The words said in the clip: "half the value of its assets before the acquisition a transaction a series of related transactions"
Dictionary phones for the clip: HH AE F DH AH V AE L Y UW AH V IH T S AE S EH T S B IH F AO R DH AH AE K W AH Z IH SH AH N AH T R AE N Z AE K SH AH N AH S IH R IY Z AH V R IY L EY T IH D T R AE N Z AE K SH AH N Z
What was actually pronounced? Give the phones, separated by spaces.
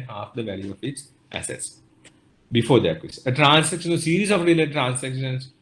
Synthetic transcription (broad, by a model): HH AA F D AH V AE L Y UW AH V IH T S AE S EH T S B IH F AO R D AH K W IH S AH AH T R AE N S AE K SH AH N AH S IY R IY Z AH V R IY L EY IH T R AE N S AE K SH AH N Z